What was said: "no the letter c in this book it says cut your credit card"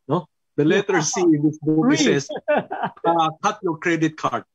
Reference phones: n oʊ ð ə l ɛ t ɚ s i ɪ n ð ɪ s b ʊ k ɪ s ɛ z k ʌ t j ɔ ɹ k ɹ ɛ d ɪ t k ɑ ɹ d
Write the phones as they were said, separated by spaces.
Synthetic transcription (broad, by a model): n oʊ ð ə l ɛ t ɚ s i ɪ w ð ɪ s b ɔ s ɪ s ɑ k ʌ t j ɔ ɹ k ɹ ɛ d ɪ t k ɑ ɹ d